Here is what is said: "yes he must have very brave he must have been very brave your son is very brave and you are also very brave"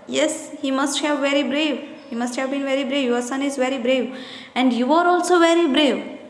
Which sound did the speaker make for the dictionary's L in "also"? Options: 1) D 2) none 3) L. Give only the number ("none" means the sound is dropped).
3